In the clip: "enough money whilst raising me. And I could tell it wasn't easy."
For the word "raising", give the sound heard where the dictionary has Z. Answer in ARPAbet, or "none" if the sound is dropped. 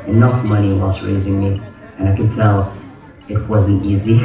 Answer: Z